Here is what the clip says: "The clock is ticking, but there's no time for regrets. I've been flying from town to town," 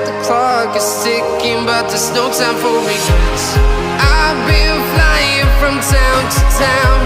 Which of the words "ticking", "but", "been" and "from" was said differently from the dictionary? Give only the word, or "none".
ticking